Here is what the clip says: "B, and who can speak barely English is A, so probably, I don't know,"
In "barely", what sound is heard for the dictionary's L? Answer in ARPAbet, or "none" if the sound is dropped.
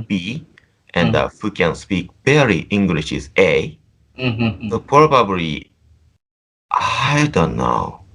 none